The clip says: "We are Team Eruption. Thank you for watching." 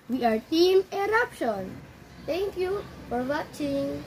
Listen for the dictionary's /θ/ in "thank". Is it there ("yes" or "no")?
no